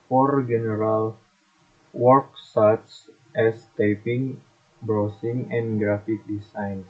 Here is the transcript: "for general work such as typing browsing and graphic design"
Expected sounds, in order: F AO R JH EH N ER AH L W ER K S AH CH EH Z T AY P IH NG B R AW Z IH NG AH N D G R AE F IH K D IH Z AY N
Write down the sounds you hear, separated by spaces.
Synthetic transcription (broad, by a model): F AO R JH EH N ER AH L W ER K S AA S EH S T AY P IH NG B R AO S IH NG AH N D G R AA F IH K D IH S AY N